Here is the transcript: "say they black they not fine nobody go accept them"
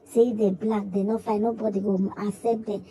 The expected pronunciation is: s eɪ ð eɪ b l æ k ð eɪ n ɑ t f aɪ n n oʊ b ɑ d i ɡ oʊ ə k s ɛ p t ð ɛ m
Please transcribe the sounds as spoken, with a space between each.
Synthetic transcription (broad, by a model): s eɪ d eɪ b l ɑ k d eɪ n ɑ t f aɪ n n oʊ b ɑ d i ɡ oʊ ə s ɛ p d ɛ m